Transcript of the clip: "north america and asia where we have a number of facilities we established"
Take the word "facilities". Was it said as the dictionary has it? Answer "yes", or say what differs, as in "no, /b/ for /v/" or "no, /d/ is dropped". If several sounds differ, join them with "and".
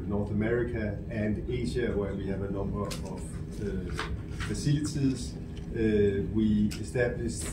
no, /s/ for /t/